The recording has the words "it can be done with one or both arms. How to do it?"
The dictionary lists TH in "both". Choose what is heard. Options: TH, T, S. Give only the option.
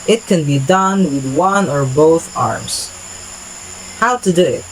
TH